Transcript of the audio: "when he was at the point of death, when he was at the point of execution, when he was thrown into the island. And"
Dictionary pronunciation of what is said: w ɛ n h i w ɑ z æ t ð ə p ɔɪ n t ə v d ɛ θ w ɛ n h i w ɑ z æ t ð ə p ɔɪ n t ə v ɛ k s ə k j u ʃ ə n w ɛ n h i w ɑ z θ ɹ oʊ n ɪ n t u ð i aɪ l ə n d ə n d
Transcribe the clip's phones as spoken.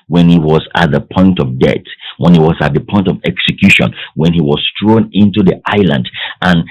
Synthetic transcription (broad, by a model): w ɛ n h i w ɑ z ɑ t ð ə p ɔɪ n t ə v d ɛ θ w ɛ n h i w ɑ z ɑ t ð ə p ɔɪ n t ə v ɛ k s ə k j u ʃ ə n w ɛ n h i w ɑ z t ɹ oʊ n ɪ n t u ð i aɪ l ə n d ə n